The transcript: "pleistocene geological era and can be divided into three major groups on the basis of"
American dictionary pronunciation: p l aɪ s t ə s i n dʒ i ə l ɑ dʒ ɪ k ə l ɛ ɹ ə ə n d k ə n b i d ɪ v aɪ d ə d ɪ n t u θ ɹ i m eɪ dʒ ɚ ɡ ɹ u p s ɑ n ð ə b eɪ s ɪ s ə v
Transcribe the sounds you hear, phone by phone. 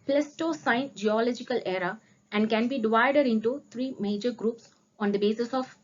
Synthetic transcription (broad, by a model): p l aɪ s t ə s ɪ n dʒ i ə l ɑ dʒ ɪ k ə l ɛ ɹ ə ə n d k ə n b i d ɪ v aɪ d ə d ɪ n t u t ɹ i m eɪ dʒ ɚ ɡ ɹ u p s ɑ n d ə b eɪ s ɪ s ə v